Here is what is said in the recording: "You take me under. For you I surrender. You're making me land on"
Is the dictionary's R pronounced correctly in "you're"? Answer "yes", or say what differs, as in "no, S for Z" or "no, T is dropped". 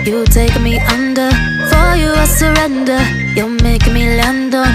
no, L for R